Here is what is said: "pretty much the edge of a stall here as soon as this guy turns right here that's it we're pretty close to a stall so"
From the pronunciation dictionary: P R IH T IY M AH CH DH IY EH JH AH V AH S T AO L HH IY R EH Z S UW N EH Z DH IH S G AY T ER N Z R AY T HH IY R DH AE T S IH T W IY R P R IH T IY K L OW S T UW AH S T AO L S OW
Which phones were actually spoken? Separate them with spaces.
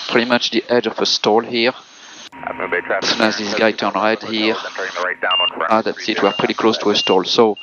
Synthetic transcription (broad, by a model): P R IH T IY M AH CH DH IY EH JH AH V AH S T AO L HH IY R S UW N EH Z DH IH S G AY T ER N R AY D HH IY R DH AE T S IH T W IY R P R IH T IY K L OW S T UW AH S T AO L S OW